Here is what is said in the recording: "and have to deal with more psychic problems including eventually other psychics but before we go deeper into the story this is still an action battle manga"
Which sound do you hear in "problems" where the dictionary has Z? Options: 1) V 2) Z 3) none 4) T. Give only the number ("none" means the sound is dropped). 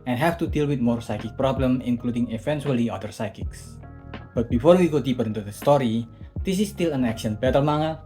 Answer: 3